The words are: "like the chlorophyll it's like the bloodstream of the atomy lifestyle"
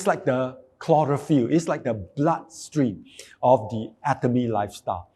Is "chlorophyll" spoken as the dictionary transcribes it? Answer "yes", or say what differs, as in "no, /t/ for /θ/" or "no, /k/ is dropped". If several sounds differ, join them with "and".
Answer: yes